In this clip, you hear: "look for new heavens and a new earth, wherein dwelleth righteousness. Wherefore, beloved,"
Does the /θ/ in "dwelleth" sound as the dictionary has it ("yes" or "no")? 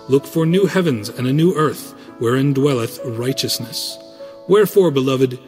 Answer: yes